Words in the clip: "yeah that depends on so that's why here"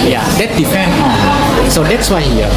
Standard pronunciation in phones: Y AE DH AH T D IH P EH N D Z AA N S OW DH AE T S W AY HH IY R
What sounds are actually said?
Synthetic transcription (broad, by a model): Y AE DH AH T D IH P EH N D AA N S OW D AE T S W AY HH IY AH